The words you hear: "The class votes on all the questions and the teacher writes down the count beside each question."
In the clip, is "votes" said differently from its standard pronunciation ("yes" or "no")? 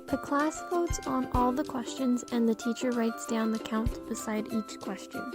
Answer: yes